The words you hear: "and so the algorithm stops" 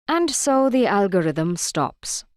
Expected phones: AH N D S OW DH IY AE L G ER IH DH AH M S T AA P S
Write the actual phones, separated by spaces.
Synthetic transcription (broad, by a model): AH N D S OW DH IY AE L G ER IH DH AH M S T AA P S